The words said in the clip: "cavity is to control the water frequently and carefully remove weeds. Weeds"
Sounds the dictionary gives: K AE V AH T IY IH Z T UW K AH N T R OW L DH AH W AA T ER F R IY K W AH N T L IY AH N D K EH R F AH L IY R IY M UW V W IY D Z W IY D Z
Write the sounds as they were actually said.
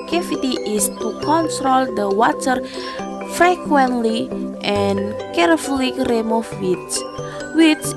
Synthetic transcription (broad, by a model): K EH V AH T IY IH S T UW K AH N T R OW L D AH W AA T ER F R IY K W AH N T L IY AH N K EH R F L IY R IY M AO F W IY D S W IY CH